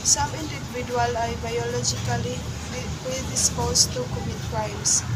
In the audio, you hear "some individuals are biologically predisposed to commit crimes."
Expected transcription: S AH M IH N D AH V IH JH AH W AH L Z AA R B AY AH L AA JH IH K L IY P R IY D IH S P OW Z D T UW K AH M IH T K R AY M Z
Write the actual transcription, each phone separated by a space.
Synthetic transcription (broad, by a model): S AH M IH N D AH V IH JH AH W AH L AA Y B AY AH L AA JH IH K L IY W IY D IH S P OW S T UW K AH M IH T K R AY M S